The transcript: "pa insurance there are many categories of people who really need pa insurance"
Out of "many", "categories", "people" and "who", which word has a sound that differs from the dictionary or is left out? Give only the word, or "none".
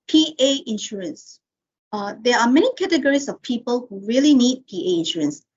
categories